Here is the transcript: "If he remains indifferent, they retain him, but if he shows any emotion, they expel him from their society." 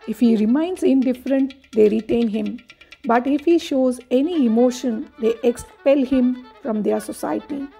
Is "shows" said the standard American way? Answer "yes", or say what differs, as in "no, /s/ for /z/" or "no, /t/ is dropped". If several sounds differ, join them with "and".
yes